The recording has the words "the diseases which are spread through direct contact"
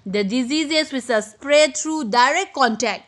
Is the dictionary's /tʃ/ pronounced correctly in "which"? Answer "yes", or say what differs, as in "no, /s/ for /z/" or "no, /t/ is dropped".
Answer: no, /s/ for /tʃ/